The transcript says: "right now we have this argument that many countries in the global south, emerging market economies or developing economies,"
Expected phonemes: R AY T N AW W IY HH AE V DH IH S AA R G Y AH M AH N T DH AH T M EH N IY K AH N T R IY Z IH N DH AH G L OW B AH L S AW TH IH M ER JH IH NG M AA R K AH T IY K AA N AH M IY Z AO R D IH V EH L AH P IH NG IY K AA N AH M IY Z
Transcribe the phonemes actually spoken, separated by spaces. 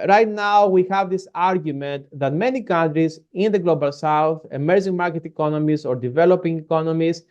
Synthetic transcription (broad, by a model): R AY T N AW W IY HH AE V DH IH S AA R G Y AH M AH N T DH AH T M EH N IY K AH N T R IY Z IH N DH AH G L OW B AH L S AW TH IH M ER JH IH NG M AA R K AH T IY K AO N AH M IY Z AO R D IH V EH L AH P IH NG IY K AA N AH M IY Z